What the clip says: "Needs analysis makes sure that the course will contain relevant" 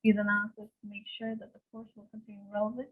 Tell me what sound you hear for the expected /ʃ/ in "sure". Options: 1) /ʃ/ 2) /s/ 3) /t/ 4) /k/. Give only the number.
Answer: 1